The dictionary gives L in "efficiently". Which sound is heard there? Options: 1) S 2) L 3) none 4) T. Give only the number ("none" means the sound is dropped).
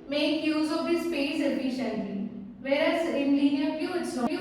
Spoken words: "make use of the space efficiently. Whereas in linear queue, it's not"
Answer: 3